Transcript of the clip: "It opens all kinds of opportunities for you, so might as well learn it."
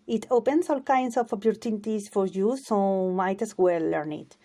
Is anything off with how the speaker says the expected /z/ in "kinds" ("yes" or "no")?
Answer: yes